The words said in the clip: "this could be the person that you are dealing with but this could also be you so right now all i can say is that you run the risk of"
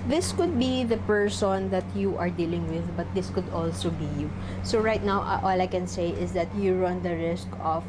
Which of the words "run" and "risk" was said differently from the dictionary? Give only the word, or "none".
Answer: none